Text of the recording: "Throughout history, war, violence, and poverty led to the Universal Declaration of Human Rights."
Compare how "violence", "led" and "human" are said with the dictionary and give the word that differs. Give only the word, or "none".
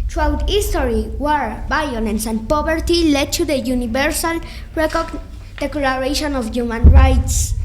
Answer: violence